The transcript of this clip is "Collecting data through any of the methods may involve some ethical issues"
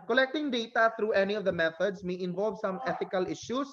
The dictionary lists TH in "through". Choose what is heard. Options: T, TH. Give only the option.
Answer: T